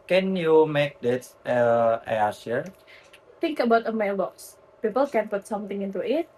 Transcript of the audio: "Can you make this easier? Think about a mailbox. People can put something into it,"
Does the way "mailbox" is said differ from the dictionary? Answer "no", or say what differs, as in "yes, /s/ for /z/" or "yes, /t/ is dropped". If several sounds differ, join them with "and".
no